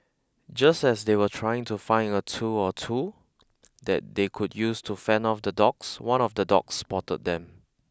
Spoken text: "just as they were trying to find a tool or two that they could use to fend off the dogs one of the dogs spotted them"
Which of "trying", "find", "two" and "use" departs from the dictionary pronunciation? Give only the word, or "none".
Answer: find